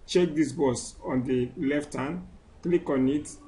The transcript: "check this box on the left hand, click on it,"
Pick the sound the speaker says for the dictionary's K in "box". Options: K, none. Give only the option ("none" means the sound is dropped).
none